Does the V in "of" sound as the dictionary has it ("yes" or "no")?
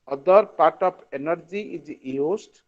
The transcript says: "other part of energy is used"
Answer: no